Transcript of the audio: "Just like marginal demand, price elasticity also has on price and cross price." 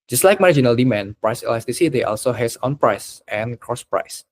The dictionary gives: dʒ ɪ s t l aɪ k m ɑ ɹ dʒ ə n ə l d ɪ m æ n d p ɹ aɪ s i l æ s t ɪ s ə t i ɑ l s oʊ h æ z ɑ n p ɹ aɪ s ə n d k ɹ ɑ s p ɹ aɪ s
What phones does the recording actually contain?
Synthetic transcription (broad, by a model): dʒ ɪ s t l aɪ k m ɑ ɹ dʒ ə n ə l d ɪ m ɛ n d p ɹ aɪ s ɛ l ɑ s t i s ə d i ɑ l s oʊ h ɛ s ɑ n p ɹ aɪ s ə n k ɹ ɑ s p ɹ aɪ s